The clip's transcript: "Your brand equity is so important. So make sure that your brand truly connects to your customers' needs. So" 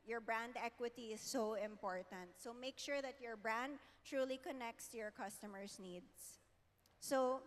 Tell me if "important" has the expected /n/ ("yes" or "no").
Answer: yes